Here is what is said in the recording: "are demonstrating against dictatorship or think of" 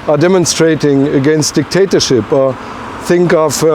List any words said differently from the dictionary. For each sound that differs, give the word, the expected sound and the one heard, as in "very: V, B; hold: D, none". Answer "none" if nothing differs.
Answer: none